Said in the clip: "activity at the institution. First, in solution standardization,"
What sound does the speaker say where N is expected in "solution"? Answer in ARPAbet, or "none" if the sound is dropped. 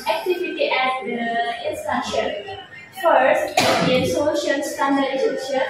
L